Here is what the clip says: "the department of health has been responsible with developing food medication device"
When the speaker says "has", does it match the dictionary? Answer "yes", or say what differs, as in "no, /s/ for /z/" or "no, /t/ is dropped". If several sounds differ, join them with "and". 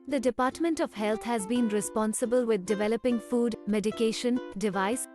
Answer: yes